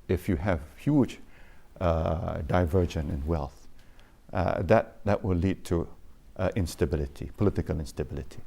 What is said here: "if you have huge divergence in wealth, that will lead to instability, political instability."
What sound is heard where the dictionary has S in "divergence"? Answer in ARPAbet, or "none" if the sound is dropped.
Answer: none